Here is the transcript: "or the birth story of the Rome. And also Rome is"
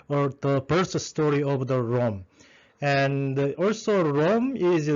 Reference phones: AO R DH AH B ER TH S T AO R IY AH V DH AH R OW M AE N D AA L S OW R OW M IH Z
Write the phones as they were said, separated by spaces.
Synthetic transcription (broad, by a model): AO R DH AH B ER S S T AO R IY AH V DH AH R OW M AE N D AA L S OW R OW M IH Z